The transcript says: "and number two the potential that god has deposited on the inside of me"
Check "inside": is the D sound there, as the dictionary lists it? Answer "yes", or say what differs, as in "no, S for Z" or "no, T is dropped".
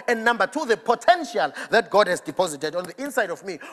yes